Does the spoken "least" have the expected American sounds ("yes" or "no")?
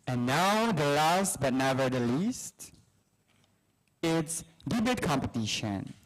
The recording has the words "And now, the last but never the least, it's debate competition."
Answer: yes